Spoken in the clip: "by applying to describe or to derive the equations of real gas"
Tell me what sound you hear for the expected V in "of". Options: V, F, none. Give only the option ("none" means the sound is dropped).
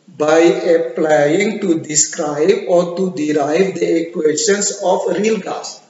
F